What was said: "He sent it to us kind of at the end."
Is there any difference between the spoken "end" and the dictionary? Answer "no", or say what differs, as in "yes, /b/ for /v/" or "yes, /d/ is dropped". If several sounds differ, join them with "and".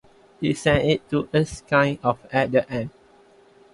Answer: yes, /d/ is dropped